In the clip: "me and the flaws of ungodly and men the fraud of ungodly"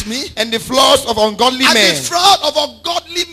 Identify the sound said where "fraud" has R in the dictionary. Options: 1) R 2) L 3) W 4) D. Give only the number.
2